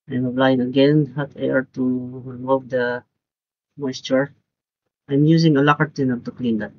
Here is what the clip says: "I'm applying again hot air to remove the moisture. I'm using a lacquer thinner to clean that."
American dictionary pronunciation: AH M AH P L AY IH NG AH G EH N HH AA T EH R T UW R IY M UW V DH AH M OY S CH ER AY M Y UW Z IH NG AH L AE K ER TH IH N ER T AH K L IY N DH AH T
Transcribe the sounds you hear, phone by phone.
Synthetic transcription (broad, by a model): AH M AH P L AY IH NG AH G EH N HH AA T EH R T UW R IY M UW V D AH M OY S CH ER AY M Y UW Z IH NG AH L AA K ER T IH N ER T AH K L IY N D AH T